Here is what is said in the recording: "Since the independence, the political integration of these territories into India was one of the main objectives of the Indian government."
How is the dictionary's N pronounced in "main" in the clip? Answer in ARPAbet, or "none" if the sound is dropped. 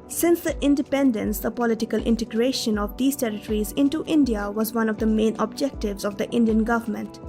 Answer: N